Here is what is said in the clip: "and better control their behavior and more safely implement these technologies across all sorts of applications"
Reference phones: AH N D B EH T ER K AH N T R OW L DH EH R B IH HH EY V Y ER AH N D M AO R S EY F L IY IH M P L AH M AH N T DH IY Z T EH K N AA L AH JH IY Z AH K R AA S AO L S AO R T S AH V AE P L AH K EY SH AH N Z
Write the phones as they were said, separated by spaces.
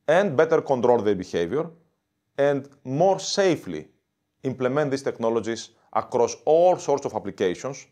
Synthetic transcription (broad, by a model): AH N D B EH T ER K AH N T R OW L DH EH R B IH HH EY V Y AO AH N D M AO R S EY F L IY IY M P L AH M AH N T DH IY S T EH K N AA L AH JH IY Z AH K R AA S AO L S AO R T S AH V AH P L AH K EY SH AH N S